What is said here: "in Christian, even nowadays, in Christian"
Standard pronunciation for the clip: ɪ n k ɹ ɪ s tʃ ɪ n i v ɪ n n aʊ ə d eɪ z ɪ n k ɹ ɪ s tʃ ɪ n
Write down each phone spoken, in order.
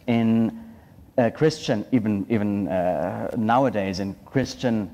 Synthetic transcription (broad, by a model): ɪ n k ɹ ɪ s tʃ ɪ n i v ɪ n n aʊ ə d eɪ z ɪ n k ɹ ɪ s tʃ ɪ n